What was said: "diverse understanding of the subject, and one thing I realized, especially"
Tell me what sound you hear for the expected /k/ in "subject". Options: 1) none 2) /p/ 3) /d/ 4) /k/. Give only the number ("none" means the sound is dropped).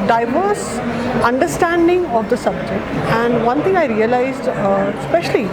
4